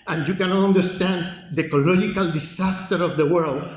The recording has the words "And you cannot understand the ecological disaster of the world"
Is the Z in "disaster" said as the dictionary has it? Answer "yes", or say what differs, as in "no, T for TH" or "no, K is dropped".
no, S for Z